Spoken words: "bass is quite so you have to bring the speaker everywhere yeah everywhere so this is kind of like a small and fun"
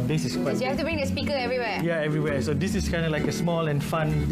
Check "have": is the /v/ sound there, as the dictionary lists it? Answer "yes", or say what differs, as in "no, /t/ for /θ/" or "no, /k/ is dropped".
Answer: no, /f/ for /v/